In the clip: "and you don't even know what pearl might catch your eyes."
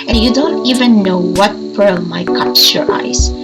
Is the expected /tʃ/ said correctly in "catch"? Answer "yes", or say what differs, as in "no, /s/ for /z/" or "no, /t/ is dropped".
no, /s/ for /tʃ/